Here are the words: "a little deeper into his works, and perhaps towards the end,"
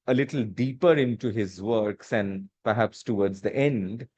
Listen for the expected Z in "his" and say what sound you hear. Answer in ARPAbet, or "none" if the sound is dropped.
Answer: Z